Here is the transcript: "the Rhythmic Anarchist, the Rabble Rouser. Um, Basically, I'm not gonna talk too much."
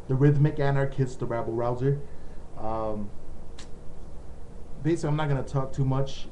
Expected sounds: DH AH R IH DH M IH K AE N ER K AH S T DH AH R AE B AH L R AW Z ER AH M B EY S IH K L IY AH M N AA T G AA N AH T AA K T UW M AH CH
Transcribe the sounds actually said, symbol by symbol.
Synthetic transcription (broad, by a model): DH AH R IH DH M IH K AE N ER K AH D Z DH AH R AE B L R AW Z ER AH M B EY IH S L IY AH M N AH T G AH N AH T AA K T UW M AH CH